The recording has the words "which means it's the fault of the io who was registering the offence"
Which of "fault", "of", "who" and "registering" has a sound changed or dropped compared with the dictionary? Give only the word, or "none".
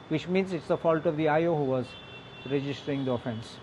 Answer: none